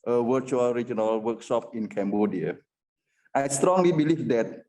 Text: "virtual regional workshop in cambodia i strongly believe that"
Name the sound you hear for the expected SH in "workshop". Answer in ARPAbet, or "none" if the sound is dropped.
S